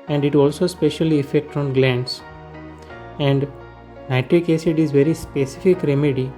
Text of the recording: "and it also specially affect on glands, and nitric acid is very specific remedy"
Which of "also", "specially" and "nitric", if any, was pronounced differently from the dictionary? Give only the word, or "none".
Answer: none